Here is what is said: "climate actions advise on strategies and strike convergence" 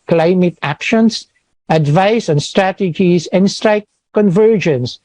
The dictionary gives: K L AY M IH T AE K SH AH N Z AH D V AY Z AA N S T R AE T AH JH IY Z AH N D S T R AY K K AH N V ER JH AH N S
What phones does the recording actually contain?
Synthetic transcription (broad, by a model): K L AY M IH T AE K SH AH N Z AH D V AY S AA N S T R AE T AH JH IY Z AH N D S T R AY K K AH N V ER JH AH N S